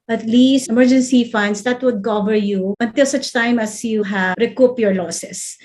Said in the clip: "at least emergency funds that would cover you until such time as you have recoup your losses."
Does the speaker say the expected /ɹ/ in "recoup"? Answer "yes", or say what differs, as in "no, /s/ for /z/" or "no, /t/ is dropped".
yes